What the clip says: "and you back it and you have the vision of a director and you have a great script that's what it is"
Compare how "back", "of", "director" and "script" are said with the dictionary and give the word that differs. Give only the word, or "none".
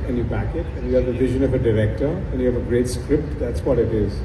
none